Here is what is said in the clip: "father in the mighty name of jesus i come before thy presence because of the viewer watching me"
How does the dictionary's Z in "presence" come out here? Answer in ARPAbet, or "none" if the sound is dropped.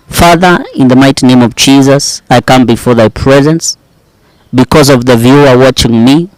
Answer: Z